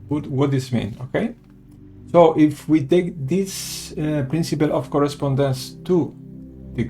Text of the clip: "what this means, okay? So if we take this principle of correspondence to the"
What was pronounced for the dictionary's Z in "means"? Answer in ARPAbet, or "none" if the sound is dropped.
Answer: none